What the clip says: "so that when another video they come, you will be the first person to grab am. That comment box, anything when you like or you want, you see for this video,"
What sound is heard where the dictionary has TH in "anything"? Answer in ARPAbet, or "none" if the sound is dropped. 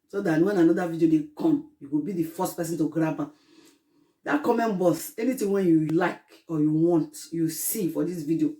T